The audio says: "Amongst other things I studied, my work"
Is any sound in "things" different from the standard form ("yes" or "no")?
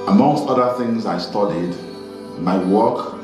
no